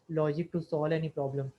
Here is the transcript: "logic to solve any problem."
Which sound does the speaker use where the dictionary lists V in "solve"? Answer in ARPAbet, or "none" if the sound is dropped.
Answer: none